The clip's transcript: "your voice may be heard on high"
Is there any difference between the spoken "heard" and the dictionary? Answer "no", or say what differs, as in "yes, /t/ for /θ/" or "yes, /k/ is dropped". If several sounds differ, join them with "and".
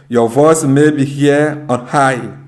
yes, /d/ is dropped